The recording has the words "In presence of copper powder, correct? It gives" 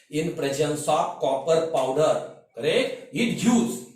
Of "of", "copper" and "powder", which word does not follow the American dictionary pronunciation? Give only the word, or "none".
of